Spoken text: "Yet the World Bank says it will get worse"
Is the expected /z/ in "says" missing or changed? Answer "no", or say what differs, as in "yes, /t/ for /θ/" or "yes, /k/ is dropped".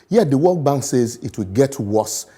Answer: no